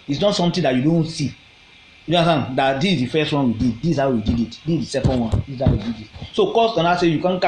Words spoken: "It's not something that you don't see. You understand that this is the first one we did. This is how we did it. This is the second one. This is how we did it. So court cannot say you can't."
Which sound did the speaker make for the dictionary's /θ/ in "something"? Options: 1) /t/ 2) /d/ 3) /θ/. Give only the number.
1